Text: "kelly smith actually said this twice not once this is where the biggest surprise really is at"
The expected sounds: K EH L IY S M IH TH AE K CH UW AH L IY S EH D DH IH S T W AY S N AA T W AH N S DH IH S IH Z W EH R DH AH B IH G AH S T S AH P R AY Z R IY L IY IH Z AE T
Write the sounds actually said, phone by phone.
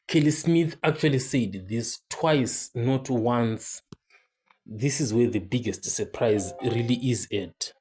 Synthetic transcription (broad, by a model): K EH L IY S M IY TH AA K CH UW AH L IY S EH D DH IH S T W AY S N AA T W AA N S DH IH S IH Z W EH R DH AH B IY G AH S T S AH P R AY Z R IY L IY IH Z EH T